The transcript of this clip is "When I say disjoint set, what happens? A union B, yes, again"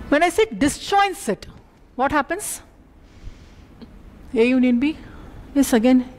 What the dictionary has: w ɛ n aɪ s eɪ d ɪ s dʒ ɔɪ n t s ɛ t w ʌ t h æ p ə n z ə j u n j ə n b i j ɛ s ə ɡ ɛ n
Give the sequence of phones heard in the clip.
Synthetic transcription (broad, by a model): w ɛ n aɪ s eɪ d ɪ s tʃ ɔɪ n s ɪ t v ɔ t h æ p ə n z ə j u n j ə n b i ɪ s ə ɡ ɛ n